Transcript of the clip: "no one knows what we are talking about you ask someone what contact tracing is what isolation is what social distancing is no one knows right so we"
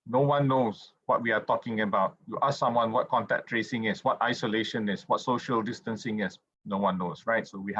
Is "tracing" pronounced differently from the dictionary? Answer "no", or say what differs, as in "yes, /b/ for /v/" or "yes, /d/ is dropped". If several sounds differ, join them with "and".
no